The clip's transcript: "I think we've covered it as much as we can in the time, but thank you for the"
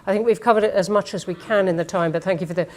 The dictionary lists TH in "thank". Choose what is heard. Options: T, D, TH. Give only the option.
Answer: TH